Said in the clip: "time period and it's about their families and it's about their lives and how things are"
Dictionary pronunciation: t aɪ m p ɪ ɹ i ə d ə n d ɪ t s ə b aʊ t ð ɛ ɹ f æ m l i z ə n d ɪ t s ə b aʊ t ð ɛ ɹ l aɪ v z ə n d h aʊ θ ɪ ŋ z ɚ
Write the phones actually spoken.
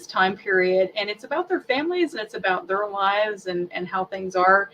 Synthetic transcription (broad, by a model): t aɪ m p ɪ ɹ i ə d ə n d ɪ t s ə b aʊ t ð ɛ ɹ f æ m l i z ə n ɪ t s ə b aʊ t ð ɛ ɹ l aɪ v z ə n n h aʊ θ ɪ ŋ z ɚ